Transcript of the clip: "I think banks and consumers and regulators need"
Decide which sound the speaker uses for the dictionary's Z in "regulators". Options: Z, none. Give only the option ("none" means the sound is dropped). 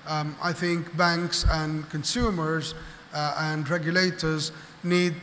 Z